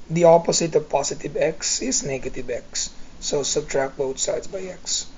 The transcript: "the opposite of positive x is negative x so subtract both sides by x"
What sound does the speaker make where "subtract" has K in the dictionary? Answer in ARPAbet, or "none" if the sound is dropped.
K